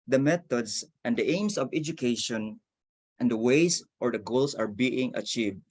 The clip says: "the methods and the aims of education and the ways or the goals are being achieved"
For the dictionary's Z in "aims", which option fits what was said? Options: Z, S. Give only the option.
S